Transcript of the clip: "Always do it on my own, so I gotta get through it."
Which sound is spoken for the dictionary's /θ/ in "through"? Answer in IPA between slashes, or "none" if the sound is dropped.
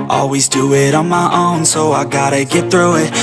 /θ/